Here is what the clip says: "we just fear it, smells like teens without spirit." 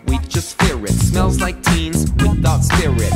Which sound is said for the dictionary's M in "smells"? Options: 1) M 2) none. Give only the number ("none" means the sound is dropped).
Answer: 1